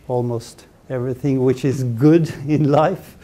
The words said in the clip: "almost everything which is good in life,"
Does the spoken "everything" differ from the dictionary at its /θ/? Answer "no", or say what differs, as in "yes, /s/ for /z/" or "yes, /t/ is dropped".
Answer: no